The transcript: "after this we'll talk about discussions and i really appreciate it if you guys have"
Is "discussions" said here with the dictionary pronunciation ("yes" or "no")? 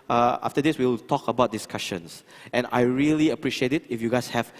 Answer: no